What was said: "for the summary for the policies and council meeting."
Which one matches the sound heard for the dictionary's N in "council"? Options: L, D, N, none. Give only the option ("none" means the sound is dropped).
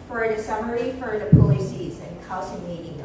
none